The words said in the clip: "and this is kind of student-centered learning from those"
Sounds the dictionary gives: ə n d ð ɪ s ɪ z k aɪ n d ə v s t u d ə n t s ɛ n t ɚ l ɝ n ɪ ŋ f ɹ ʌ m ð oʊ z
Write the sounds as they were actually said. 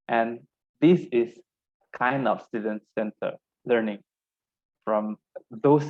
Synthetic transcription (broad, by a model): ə n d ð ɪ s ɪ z k aɪ n d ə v s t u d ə n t s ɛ n t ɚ l ɝ n ɪ ŋ f ɹ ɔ m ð oʊ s